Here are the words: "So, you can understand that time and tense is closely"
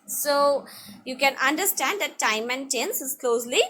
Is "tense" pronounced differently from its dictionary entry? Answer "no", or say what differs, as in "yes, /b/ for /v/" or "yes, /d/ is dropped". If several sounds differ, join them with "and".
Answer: no